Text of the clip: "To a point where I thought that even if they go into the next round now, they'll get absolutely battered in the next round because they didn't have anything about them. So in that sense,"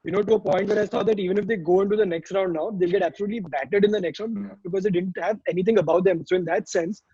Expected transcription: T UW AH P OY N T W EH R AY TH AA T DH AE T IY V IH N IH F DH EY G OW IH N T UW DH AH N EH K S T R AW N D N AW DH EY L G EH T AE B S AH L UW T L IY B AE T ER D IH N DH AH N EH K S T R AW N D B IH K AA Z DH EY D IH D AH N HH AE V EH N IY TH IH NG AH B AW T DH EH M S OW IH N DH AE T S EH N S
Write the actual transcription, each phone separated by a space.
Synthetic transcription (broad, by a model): T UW AH P OY N T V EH R AY S AA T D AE T IY V IH N IH F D EY G OW IH N T UW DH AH N EH K S T R AW N D N AW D EY L G EH T AE B S AH L UW T L IY B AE T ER D IH N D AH N EH K S T R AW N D B IH K AA Z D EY D IH D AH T HH AE V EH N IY T IH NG AH B AW T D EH M S OW IH N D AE T S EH N S